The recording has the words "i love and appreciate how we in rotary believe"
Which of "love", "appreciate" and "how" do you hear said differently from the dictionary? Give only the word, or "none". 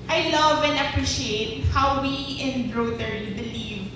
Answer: none